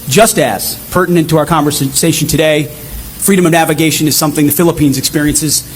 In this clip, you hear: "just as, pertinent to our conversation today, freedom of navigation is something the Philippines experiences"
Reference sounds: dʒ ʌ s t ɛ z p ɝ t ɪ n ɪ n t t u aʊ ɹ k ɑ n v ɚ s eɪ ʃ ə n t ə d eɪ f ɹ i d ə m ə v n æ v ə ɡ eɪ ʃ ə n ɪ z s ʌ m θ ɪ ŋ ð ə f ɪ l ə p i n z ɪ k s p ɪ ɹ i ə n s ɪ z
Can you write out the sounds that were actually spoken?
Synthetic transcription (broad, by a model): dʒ ʌ s t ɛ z p ɝ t n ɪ n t t u aʊ ɹ k ɑ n v ɚ s eɪ ʃ n t ə d eɪ f ɹ i d ə m ə v n æ v ə ɡ eɪ ʃ ə n ɪ z s ʌ m θ ɪ ŋ ð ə f ɪ l ə p i n z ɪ k s p ɪ ɹ i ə n s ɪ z